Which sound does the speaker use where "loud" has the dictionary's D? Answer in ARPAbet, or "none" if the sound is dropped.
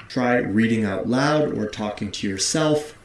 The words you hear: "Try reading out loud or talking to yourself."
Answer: D